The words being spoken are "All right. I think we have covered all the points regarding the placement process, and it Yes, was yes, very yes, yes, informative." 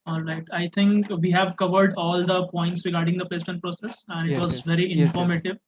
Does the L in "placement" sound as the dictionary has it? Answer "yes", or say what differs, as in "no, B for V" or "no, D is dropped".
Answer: no, L is dropped